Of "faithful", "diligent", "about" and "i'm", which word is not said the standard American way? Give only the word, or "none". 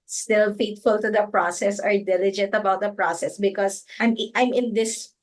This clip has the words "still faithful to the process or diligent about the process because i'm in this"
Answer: faithful